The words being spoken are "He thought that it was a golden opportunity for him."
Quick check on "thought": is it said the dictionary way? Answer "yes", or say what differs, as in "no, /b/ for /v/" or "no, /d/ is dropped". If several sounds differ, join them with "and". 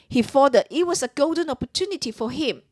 no, /f/ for /θ/